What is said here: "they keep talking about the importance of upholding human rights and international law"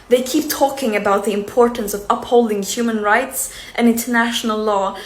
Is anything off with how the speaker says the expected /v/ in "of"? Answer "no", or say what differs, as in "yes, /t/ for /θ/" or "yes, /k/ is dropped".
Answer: no